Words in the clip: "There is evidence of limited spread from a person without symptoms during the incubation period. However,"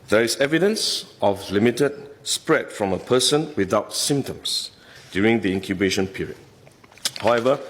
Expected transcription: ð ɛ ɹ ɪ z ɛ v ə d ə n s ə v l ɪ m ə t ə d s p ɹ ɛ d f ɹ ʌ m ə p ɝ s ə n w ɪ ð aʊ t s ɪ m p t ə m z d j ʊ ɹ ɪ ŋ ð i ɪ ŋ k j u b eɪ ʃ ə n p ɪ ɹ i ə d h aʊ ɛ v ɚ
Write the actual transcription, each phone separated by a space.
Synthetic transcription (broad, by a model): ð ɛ ɹ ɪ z ɛ v ə d ə n s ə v l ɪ m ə t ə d s p ɹ ɛ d f ɹ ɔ m ə p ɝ s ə n w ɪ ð aʊ t s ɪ m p t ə m s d j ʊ ɹ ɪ ŋ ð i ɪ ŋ k j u b eɪ ʃ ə n p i ɹ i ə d h aʊ ɛ v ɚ